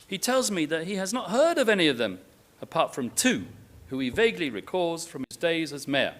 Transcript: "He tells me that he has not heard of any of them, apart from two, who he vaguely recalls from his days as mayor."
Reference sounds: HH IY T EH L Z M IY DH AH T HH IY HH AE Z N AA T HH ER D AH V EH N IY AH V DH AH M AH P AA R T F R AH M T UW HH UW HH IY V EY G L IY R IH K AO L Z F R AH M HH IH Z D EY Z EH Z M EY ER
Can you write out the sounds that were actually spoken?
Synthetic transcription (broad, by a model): HH IY T EH L Z M IY DH AH T HH IY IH Z N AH T HH ER D AH V EH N IY AH V DH AH M AH P AA R T F R AH M T UW HH UW IY V EY G L IY R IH K AO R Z F R AH M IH Z D EY Z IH Z M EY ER